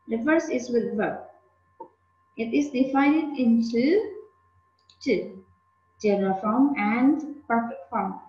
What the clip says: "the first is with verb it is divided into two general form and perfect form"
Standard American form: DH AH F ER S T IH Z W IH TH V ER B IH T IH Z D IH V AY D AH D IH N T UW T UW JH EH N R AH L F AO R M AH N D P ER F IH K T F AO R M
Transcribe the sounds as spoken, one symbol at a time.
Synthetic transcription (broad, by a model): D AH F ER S IH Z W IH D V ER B IH T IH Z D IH F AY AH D IH N T UW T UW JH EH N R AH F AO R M AH N D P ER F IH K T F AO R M